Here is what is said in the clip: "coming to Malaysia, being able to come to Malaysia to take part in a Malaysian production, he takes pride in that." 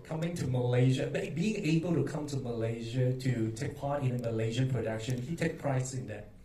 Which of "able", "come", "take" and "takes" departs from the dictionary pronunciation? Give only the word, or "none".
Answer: takes